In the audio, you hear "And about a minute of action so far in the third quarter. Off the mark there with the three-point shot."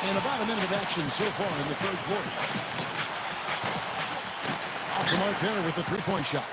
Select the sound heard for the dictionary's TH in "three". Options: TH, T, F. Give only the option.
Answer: TH